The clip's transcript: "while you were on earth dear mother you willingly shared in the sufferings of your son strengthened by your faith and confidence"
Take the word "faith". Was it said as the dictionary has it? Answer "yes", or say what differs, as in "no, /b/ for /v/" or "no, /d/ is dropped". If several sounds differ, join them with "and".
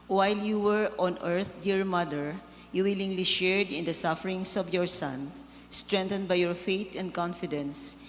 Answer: no, /t/ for /θ/